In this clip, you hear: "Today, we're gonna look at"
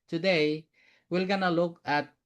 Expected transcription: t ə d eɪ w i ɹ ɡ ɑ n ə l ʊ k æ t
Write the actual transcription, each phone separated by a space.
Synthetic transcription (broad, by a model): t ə d eɪ w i l ɡ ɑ n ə l ʊ k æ t